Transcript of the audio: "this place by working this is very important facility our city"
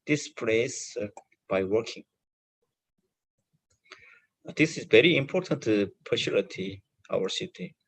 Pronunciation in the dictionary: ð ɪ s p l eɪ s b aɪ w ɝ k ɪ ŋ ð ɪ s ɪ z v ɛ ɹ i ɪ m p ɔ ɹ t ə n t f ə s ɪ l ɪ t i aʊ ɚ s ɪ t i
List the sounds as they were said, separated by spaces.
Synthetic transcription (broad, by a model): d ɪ s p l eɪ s b aɪ w ɝ k ɪ ŋ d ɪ s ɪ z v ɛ ɹ i ɪ m p ɔ ɹ t ə n t p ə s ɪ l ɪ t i aʊ ɚ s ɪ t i